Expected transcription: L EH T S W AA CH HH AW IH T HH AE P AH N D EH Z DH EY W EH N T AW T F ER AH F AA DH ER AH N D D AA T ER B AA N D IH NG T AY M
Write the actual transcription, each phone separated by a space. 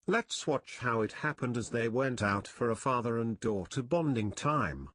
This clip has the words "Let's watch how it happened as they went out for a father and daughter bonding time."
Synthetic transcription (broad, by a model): L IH T S W AA CH HH AW IH T HH AE P AH N D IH Z DH EY W EH N T AW T F ER AH F AA DH ER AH N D D AA T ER B AA N D IH NG T AY M